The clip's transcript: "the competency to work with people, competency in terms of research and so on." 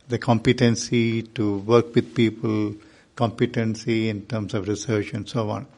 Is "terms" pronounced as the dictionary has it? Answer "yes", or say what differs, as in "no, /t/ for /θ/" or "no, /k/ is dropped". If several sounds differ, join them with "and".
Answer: no, /s/ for /z/